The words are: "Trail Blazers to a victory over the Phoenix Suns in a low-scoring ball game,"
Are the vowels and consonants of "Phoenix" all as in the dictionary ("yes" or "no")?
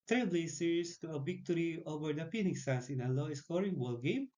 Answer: no